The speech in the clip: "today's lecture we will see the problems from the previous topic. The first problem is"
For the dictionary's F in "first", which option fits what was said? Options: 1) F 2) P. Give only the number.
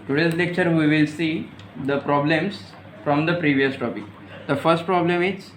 1